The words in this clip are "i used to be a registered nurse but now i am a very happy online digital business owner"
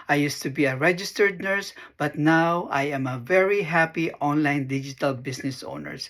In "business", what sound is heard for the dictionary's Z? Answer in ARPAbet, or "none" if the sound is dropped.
S